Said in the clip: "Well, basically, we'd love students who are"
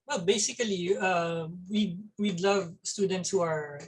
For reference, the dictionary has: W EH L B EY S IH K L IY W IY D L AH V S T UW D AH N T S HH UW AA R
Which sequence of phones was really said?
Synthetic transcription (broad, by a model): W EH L B EY S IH K L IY W IY D L AH V S T UW D AH N T S HH UW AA R